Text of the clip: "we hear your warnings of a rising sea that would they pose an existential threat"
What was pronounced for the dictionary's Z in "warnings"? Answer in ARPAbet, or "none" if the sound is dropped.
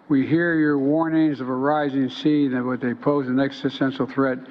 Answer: Z